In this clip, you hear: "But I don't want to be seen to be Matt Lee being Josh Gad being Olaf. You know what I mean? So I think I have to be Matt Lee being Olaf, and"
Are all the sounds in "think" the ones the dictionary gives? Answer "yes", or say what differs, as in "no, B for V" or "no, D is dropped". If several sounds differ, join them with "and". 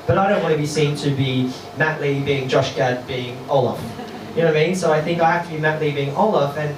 yes